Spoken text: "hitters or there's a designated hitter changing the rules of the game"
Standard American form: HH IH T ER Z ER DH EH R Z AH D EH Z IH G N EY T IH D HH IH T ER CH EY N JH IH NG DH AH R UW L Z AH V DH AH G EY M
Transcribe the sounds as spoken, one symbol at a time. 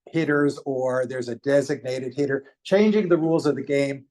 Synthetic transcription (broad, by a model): HH IH T ER Z ER DH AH R Z AH D EH Z IH G N EY T IH D HH IH T ER CH EY N JH IH NG DH AH R UW L Z AH V DH AH G EY M